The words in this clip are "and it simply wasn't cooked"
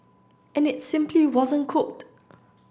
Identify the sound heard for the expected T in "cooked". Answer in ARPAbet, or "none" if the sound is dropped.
T